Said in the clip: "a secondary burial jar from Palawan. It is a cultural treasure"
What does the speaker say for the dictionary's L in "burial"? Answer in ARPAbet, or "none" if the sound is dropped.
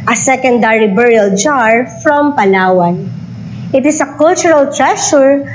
L